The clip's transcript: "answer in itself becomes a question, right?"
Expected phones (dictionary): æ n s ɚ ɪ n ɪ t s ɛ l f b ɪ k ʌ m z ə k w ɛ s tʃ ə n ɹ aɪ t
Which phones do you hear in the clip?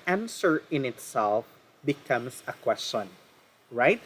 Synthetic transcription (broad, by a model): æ n s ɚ ɪ n ɪ t s ɛ l f b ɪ k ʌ m s ə k w ɛ s tʃ ə n ɹ aɪ t